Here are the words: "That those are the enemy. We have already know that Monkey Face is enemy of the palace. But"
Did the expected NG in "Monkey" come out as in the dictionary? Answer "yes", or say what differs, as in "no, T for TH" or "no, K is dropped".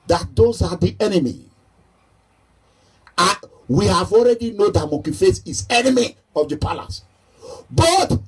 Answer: no, NG is dropped